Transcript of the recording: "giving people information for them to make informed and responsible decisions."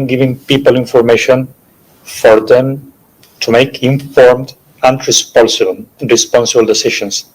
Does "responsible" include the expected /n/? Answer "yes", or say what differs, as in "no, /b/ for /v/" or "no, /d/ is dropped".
yes